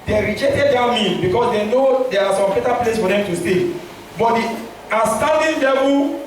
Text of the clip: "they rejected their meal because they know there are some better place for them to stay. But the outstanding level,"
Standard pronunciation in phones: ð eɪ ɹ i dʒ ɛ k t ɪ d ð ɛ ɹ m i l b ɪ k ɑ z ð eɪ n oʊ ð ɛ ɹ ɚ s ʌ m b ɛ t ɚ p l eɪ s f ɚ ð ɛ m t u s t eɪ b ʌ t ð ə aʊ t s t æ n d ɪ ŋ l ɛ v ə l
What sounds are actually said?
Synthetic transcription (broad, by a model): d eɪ ɹ i dʒ ɛ k t ɪ d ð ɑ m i n b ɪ k ɑ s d eɪ n oʊ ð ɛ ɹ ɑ s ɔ m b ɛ t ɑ p l eɪ s f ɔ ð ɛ m t u s t eɪ b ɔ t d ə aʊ s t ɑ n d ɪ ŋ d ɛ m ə